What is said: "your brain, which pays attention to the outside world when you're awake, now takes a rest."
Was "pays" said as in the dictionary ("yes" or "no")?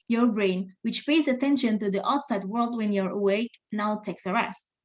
yes